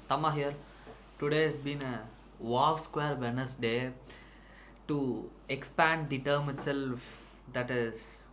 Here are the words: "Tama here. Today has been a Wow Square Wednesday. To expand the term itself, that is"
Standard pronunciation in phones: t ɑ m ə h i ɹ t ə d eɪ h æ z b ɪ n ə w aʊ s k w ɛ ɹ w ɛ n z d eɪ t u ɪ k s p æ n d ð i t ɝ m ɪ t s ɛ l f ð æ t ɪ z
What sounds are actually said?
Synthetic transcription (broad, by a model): t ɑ m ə h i ɹ t ə d eɪ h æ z b ɪ n ə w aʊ s k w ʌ ɹ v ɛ n s d eɪ t u ɪ k s p æ n d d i t ɝ m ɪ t s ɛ l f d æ t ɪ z